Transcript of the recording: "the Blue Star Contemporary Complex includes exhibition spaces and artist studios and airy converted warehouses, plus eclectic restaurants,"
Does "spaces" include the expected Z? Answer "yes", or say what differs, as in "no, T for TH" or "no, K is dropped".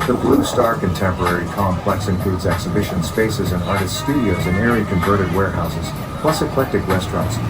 yes